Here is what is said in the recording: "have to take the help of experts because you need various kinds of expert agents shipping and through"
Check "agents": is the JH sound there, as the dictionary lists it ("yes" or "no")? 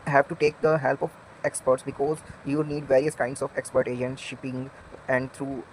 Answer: no